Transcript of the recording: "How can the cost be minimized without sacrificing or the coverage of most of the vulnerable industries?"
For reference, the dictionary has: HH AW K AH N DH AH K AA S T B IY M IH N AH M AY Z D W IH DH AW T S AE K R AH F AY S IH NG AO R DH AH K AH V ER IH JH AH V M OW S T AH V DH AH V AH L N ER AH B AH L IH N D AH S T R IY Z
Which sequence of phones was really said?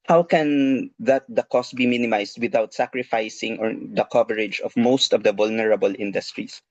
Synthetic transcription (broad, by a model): HH AW K AH N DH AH K AA S T B IY M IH N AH M AY S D W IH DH AW T S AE K R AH F AY S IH NG AO R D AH K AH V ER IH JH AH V M OW S T AH V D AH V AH L N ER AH B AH L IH N D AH S T R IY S